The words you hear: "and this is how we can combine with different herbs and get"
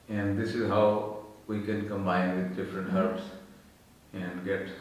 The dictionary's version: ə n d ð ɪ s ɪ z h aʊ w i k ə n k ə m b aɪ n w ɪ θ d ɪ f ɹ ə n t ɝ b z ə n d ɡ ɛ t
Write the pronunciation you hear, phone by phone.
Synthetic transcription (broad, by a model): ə n d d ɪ s ɪ z h aʊ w i k ə n k ə m b aɪ n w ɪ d d ɪ f ɹ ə n t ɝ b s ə n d ɡ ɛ t